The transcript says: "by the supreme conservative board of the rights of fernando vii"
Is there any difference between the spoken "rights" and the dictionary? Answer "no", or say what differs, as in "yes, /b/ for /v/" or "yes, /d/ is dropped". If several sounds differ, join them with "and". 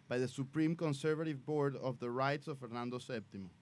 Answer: no